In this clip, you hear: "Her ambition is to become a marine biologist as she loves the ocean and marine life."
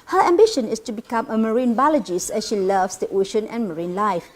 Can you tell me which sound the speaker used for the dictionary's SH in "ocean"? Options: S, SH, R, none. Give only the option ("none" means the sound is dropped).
SH